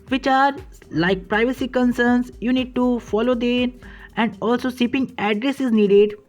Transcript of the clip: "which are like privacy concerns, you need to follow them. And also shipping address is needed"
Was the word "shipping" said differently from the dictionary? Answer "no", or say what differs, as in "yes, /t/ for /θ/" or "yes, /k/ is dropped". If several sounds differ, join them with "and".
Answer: yes, /s/ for /ʃ/